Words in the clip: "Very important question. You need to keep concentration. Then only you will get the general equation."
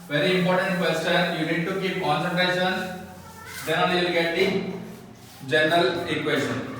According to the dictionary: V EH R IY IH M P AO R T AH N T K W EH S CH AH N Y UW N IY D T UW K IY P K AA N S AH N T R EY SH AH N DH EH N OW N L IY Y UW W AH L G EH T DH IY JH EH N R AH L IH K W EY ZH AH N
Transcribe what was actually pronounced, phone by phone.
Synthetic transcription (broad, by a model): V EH R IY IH M P AO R T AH N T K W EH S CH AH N Y UW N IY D T UW K IY P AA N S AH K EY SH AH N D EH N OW L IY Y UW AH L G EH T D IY JH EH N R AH L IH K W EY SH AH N